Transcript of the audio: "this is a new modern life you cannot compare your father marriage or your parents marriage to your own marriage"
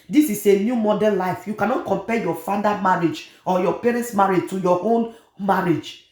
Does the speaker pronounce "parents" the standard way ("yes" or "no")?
yes